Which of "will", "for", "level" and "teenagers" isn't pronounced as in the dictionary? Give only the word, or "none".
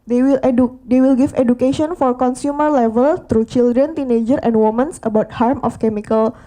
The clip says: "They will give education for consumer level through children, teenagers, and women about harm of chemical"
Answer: teenagers